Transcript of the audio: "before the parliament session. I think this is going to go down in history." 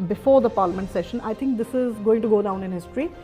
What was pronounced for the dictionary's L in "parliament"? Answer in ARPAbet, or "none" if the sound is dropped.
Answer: L